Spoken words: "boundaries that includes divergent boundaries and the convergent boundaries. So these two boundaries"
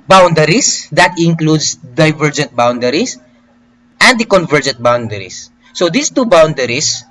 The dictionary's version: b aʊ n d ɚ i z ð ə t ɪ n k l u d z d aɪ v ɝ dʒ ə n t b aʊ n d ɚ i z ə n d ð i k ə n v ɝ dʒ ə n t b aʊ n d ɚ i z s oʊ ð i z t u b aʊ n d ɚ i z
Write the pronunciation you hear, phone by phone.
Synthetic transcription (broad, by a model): b aʊ n d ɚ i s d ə t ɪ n k l u d s d aɪ v ɝ dʒ ə n t b aʊ n d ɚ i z ə n d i k ə n v ɝ dʒ ə n t b aʊ n d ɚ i s oʊ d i s t u b aʊ n d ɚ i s